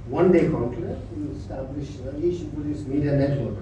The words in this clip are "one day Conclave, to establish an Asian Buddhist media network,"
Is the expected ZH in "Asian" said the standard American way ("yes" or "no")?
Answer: no